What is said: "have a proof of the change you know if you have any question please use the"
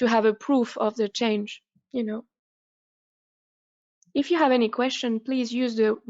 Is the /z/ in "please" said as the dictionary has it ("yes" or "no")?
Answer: yes